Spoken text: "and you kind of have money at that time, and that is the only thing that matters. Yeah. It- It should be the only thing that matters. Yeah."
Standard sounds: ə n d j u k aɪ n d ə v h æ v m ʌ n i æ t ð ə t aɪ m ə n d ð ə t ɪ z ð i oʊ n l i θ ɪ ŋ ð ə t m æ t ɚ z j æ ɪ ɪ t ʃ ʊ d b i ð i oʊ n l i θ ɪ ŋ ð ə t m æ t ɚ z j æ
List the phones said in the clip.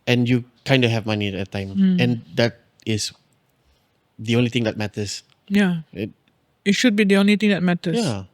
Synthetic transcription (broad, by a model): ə n j u k aɪ n d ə h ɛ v m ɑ n i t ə t aɪ m ə n d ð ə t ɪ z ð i oʊ n l i t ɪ ŋ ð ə t m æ t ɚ s j ɪ ɪ t ʃ ʊ d b i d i oʊ n l i t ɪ ŋ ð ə t m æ t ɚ j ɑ